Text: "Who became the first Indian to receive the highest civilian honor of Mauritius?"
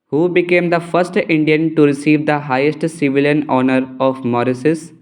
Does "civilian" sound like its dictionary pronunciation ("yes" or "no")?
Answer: yes